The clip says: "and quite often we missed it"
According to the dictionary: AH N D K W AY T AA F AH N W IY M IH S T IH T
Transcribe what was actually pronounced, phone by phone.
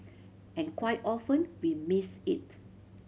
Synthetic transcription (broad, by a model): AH N K W AY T AA F AH N W IY M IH S IH T